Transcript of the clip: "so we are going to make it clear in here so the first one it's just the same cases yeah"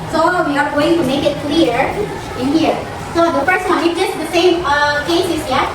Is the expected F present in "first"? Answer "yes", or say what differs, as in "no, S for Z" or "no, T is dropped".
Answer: no, P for F